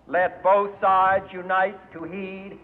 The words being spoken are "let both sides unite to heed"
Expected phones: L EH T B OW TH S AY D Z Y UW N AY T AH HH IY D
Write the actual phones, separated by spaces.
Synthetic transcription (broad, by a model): L EH T B OW TH S AY D Z Y UW N AY T AH HH IY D